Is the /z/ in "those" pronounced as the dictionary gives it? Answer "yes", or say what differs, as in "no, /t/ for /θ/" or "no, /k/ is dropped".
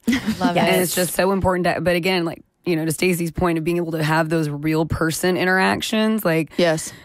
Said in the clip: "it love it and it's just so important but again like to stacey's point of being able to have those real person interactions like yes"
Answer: yes